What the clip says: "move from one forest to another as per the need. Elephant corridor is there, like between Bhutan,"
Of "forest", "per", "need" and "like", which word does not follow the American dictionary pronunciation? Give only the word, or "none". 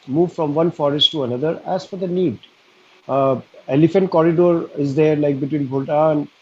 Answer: per